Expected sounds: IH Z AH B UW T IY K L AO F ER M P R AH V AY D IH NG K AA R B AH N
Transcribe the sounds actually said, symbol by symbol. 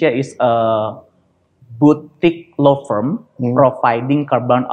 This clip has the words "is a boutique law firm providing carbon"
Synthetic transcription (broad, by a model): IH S AH B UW T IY K L AO F ER M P R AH F AY D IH NG K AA R B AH N